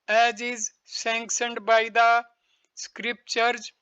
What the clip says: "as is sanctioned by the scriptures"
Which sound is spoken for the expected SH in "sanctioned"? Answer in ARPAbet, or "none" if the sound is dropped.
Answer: S